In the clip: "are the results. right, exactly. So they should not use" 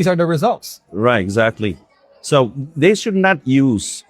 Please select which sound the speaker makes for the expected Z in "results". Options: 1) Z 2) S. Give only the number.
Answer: 1